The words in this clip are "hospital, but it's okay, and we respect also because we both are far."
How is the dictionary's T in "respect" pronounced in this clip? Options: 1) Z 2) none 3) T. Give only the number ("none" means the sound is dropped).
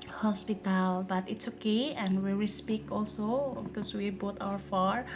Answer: 2